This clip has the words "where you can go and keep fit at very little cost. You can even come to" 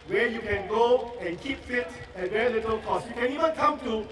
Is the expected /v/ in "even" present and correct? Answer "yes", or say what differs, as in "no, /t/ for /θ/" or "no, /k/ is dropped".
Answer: no, /w/ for /v/